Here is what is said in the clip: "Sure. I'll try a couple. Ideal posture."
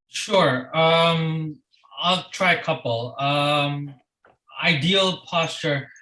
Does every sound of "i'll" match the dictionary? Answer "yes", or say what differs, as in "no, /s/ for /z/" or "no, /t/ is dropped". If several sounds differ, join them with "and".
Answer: yes